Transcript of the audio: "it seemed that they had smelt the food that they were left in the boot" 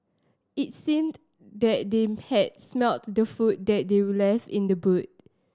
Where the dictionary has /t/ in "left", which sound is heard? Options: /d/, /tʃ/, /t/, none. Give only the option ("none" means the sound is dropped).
none